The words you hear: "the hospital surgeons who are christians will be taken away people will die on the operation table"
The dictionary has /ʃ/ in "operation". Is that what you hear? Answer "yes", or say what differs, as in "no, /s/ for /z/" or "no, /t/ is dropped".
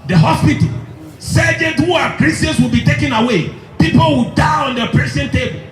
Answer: no, /s/ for /ʃ/